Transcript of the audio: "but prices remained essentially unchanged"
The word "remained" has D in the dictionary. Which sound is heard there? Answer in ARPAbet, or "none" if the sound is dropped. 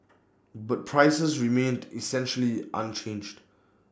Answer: D